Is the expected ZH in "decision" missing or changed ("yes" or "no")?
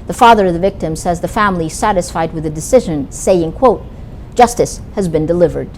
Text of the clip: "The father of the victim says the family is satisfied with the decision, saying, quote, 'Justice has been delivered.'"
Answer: no